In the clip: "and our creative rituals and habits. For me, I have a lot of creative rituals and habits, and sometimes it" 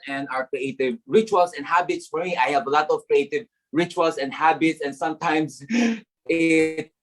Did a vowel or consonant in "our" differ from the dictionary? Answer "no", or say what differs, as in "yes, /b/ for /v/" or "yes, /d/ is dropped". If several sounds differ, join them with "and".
no